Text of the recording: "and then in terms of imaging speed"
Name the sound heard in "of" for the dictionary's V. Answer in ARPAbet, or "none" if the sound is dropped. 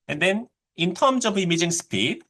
B